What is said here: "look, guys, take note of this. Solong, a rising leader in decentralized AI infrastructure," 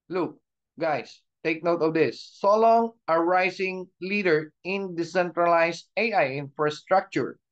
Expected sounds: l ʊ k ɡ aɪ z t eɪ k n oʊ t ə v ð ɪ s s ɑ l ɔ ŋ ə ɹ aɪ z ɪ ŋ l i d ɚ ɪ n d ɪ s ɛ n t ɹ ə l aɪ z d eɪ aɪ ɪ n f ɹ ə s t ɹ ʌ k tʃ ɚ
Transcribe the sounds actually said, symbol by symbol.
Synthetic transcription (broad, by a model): l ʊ k ɡ aɪ s t eɪ k n oʊ t ə v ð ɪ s s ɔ l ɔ ŋ ə ɹ aɪ s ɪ ŋ l i d ɚ ɪ n d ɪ s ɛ n t ɹ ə l aɪ s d eɪ aɪ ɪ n f ɹ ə s t ɹ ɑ k tʃ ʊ